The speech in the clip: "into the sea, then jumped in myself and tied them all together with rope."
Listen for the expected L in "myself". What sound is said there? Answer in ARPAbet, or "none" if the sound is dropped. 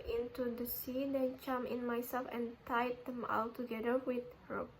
L